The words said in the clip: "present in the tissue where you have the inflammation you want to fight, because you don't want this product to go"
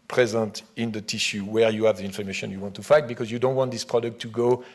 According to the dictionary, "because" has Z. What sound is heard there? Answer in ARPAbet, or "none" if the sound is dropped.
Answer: Z